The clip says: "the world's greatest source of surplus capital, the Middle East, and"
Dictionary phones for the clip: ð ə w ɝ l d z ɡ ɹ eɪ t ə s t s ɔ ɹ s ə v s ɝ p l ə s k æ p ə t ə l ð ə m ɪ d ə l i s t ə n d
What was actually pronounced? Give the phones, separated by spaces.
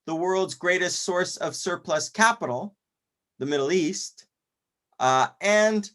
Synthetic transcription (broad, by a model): ð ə w ɝ l d z ɡ ɹ eɪ t ə s t s ɔ ɹ s ə v s ɝ p l ə s k æ p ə t l ð ə m ɪ d l i s t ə n